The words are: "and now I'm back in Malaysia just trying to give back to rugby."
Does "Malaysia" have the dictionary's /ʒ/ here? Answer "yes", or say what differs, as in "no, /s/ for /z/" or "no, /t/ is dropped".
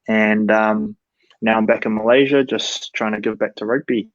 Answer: yes